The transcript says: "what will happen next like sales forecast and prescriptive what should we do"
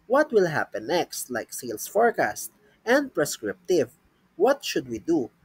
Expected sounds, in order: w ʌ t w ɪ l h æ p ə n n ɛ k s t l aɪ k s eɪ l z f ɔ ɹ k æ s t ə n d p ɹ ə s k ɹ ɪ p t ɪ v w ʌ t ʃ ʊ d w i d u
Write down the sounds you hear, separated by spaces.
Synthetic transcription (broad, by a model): w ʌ t w ɪ l h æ p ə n n ɛ k s t l aɪ k s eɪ l s f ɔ ɹ k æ s t ə n d p ɹ ə s k ɹ ɪ p t ɪ v w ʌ t ʃ ʊ d w i d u